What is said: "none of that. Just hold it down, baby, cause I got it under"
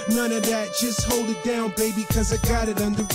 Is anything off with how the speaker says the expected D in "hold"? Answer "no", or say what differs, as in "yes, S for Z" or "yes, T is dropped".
no